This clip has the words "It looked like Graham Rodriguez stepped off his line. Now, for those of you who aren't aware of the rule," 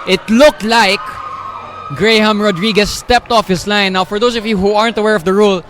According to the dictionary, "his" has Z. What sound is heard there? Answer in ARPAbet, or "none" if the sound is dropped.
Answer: S